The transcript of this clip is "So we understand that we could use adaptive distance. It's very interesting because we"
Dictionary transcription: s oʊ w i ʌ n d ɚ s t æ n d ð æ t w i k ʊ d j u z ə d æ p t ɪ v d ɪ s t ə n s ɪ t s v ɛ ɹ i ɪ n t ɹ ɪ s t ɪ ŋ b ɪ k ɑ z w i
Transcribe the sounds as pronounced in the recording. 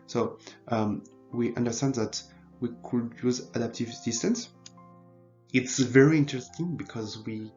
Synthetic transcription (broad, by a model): s oʊ w i ʌ n d ɚ s t æ n d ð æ t w i k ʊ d j u z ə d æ p t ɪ v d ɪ s t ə n s ɪ t s v ɛ ɹ i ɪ n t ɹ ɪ s t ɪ ŋ b ɪ k ɑ z w i